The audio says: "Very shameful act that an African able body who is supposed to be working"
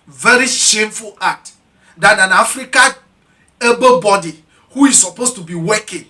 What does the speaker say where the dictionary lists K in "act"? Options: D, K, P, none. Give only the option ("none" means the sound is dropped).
none